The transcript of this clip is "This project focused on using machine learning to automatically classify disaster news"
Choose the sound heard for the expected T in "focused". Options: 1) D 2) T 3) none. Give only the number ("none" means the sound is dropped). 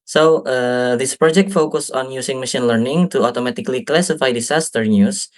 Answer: 3